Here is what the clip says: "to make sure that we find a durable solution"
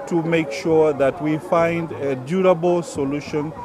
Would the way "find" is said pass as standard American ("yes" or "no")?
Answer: yes